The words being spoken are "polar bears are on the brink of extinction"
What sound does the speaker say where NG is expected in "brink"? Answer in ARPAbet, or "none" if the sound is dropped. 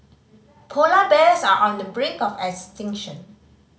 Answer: none